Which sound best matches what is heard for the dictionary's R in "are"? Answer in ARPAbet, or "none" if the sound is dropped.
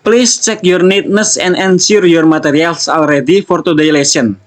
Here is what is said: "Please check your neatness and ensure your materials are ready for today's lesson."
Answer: L